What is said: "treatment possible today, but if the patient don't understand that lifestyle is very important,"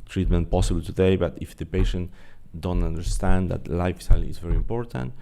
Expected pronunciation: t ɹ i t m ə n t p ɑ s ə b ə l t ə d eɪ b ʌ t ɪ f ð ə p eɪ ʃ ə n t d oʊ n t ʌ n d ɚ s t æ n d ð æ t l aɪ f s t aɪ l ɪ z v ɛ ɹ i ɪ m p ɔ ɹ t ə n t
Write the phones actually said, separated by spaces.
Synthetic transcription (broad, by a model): t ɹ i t m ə n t p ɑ s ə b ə l t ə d eɪ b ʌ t ɪ f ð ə p eɪ ʃ ə n t d oʊ n t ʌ n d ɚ s t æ n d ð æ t l aɪ f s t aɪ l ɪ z v ɛ ɹ i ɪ m p ɔ ɹ t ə n t